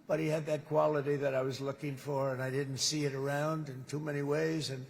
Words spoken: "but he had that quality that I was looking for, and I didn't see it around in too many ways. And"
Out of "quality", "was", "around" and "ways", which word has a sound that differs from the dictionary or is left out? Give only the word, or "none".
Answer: none